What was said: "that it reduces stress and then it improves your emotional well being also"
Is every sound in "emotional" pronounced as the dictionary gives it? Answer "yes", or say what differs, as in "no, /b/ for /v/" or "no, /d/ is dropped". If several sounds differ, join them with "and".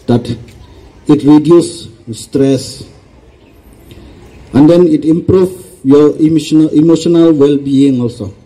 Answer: yes